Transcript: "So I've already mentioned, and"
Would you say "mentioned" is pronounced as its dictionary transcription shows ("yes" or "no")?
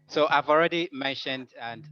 yes